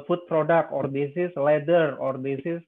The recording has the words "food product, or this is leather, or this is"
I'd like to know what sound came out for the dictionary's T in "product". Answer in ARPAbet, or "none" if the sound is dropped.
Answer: none